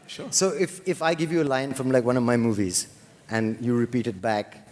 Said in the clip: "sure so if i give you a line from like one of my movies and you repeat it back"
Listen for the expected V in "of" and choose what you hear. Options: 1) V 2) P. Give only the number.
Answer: 1